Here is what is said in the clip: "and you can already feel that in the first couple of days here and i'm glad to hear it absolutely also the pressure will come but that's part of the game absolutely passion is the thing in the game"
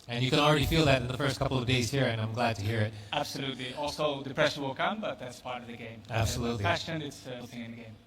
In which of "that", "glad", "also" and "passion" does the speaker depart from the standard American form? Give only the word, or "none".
passion